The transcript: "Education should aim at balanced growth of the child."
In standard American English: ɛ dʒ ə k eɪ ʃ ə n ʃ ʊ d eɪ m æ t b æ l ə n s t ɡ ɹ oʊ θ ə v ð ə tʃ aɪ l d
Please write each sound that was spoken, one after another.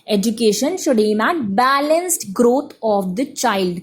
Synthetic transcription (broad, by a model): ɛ dʒ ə k eɪ ʃ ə n ʃ ʊ d eɪ m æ b æ l ə n s t ɡ ɹ oʊ t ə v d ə tʃ aɪ l d